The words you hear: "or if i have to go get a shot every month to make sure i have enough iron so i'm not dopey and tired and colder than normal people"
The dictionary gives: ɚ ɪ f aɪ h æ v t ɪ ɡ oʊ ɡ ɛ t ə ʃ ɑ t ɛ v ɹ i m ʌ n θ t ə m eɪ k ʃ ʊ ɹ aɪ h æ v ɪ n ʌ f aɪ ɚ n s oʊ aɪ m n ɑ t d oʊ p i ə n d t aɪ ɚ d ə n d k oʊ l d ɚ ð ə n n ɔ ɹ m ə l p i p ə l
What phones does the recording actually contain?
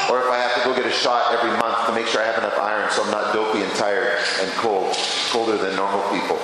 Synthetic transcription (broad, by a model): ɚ ɪ f aɪ h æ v t ɪ ɡ oʊ ɡ ɛ t ə ʃ ɑ t ɛ v ɹ i m ʌ n θ t ə m eɪ k ʃ ʊ ɹ aɪ h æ v ɪ n ʌ f aɪ ɚ n s oʊ aɪ m n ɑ t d oʊ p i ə n t aɪ ɚ d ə n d k oʊ l d ɚ ð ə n n ɔ ɹ m l p i p l